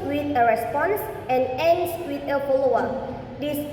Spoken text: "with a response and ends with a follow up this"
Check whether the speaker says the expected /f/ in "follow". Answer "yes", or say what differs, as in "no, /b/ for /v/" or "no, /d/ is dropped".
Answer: no, /p/ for /f/